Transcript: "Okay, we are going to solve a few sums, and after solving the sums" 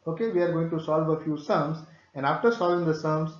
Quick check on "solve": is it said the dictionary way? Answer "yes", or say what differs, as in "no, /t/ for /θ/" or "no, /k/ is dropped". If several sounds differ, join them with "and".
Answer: yes